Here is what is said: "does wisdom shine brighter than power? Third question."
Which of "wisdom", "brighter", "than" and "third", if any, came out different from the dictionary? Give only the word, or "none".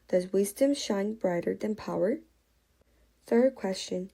none